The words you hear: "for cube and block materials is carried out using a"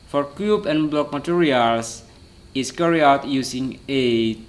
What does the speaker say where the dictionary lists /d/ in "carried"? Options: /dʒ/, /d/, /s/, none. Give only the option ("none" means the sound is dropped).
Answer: none